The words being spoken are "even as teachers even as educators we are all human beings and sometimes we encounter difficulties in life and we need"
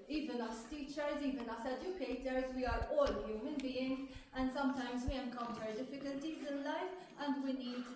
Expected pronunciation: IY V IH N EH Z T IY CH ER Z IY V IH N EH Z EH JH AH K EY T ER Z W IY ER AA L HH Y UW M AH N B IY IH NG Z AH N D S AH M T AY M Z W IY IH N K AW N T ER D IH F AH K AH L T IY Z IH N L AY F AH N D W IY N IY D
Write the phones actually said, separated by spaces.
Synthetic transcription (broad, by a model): IY V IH N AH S T IY CH ER Z IY V IH N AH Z EH JH AH K EY T ER Z W IY ER AA L HH Y UW M AH N B IY IH NG Z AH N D S AH M T AY M Z W IY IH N K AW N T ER D IH F AH K AH L T IY Z IH N L AY F AH N D W IY N IY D